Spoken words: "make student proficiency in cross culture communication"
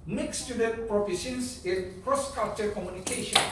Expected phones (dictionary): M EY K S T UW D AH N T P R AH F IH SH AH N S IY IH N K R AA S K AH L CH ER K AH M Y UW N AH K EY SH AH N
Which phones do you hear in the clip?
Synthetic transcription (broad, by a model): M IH K S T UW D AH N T P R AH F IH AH S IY IH N K R AA S K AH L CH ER K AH M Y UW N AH K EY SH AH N